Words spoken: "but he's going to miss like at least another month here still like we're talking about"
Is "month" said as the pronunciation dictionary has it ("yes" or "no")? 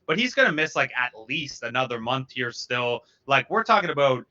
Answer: yes